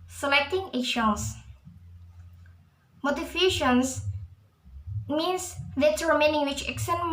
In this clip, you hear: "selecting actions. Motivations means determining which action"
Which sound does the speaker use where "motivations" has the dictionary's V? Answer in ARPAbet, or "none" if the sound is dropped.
F